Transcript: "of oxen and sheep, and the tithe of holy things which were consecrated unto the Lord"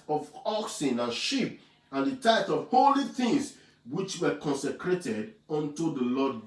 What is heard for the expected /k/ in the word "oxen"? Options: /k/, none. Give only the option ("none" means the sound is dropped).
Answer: /k/